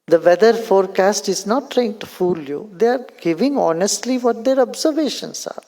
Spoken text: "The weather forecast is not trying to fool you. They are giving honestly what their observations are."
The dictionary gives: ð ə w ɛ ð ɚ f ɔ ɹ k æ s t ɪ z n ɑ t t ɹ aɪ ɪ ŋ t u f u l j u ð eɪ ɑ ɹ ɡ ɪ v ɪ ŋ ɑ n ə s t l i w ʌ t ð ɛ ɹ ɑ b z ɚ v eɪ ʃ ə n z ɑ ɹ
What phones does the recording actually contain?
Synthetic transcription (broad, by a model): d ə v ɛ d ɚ f ɔ ɹ k æ s t ɪ z n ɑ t t ɹ aɪ ɪ ŋ t u f u l j u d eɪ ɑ ɹ ɡ ɪ v ɪ ŋ ɑ n ə s t l i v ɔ t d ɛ ɹ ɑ b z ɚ v eɪ ʃ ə n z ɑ ɹ